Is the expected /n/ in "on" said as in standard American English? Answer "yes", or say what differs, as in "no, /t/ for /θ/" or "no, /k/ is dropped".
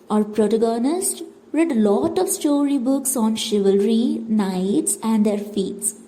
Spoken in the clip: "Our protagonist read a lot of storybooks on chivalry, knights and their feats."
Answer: yes